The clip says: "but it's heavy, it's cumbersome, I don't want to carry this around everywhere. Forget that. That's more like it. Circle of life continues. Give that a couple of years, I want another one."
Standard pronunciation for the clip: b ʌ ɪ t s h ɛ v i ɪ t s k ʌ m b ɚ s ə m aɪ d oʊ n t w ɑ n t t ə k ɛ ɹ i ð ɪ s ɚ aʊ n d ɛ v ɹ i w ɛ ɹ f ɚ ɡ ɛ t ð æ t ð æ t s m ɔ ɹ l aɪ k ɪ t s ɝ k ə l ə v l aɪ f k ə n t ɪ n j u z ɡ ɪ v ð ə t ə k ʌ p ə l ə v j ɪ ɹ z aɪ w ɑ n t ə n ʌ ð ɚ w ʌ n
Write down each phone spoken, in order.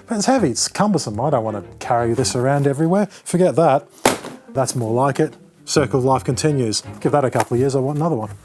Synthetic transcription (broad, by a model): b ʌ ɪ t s h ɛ v i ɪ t s k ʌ m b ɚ s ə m aɪ d oʊ n t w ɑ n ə k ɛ ɹ i ð ɪ s ɚ aʊ n d ɛ v ɹ i w ɛ ɹ f ɚ ɡ ɛ t ð æ t ð æ t s m ɔ ɹ l aɪ k ɪ t s ɝ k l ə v l aɪ f k ə n t ɪ n j u z ɡ ɪ v ð ə t ə k ʌ p l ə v j ɪ ɹ z aɪ w ɑ n t ə n ʌ ð ɚ w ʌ n